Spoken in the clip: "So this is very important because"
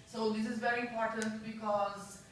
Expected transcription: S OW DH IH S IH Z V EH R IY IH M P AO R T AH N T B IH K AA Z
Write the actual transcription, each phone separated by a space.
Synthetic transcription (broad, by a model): S OW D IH S IH Z V EH R IY IH M P AO R T AH N T B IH K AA Z